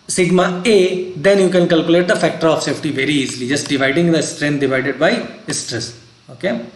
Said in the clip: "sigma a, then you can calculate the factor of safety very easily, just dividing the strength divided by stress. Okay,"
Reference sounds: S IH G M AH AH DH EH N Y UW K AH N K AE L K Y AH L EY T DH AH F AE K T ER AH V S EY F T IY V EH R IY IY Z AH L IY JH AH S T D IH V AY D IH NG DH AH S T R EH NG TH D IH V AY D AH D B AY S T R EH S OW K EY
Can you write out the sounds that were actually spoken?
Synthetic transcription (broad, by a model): S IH G M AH AH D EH N Y UW K AH N K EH L K Y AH L EY T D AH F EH K T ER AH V S EY F T IY V EH R IY IY Z AH L IY JH AH S T D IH V AY D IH NG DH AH S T R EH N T D IH V AY D AH D B AY S T R EH S OW K EY